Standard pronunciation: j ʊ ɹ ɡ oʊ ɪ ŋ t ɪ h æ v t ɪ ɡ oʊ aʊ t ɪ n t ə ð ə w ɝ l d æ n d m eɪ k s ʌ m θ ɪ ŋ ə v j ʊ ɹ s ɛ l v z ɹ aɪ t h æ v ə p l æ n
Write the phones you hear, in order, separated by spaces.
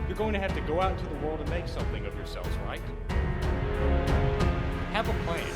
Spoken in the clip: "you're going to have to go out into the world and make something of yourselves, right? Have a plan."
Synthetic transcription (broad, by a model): j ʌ ɹ ɡ oʊ ɪ ŋ t ɪ h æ f t ɪ ɡ oʊ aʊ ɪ t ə ð ə w ɝ l d n m eɪ k s ʌ m θ ɪ ŋ ə v j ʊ ɹ s ɛ l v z ɹ aɪ t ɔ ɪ v ə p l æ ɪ